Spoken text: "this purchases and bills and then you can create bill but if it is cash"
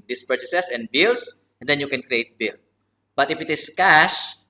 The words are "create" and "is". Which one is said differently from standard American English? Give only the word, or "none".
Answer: is